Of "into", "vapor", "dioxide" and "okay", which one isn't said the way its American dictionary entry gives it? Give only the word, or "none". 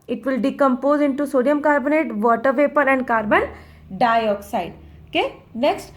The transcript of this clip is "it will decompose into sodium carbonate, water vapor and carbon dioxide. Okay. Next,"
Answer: none